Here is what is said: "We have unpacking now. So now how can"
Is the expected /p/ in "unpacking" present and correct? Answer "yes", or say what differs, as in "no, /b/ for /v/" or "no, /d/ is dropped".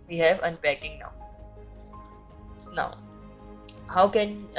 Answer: no, /b/ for /p/